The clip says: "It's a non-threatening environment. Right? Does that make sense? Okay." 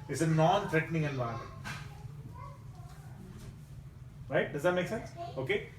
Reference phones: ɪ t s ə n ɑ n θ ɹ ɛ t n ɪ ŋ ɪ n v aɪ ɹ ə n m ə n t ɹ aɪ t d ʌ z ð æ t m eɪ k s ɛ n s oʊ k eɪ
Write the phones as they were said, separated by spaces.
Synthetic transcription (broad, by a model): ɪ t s ə n ɑ n t ɹ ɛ t n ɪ ŋ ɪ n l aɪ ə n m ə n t ɹ aɪ t d ʌ z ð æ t m eɪ k s ɛ n s oʊ k eɪ